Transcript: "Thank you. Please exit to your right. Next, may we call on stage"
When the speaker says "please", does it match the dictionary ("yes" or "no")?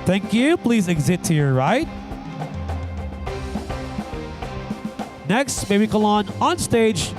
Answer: yes